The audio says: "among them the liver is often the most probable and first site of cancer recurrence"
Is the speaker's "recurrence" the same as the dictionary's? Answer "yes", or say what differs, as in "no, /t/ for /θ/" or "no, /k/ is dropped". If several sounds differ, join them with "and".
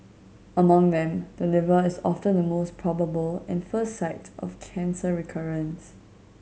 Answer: yes